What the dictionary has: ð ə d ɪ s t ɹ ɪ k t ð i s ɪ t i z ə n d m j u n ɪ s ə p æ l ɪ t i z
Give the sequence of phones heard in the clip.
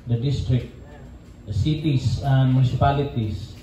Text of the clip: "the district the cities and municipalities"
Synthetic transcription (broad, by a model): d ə d ɪ s t ɹ ɪ k t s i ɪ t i s ə n d m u n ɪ s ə p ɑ l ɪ t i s